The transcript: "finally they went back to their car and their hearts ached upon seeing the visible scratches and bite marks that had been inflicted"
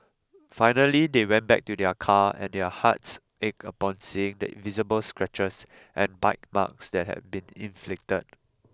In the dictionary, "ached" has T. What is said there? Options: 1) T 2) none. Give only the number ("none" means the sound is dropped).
2